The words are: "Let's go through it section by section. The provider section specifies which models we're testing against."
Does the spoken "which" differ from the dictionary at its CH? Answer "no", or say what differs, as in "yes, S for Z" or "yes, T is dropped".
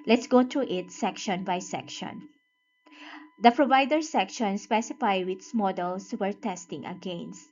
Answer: yes, S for CH